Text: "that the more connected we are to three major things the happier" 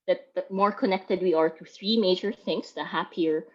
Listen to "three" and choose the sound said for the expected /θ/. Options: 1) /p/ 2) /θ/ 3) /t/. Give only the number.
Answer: 2